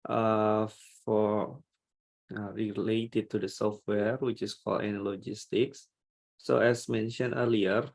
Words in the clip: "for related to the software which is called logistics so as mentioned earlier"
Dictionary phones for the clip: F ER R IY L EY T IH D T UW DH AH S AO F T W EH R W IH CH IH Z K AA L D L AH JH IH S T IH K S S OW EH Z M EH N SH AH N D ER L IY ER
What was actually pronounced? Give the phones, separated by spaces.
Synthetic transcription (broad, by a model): F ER R IY L EY T IH D T UW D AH S AO F T W EH R W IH CH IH S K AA L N L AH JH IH S T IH K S S OW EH S M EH N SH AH N ER L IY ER